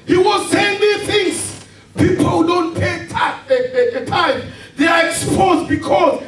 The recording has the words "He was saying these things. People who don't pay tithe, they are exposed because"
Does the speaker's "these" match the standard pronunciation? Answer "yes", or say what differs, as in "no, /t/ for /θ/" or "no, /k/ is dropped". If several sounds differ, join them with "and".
no, /z/ is dropped